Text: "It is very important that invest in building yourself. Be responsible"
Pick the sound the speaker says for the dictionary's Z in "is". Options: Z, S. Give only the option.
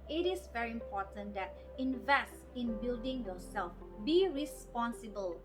S